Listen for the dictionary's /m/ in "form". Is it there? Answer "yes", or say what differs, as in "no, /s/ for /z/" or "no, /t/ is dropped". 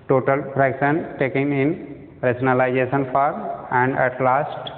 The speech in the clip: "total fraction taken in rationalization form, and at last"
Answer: no, /m/ is dropped